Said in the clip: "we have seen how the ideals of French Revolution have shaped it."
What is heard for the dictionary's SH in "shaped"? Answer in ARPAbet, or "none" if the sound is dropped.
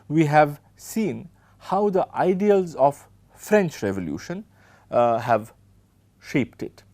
SH